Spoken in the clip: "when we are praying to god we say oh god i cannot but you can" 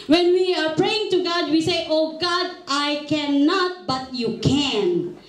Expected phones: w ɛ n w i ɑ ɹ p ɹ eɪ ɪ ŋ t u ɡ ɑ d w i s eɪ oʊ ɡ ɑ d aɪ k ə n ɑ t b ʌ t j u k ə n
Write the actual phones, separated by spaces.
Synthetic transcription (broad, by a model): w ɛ n w i ɑ ɹ p ɹ eɪ ɪ ŋ t u ɡ ɑ d w i s eɪ oʊ ɡ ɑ d aɪ k ə n ɑ t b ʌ t j u k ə n